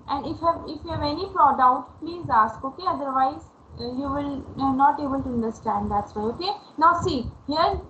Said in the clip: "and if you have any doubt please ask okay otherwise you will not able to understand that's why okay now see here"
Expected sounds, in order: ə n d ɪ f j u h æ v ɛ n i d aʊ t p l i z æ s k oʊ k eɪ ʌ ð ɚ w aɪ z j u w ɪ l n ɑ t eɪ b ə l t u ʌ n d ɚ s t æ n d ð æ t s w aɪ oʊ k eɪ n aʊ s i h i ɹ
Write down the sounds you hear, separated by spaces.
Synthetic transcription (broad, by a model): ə n d ɪ f j u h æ v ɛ n i d aʊ t p l i z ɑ s k oʊ k eɪ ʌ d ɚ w aɪ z j u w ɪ l n ɑ t eɪ b ə l t u ʌ n d ɚ s t æ n d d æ t s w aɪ oʊ k eɪ n aʊ s i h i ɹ